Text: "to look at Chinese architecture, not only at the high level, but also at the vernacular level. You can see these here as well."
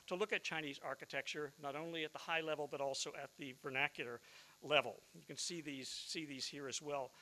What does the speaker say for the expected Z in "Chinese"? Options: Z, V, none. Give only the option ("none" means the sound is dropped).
Z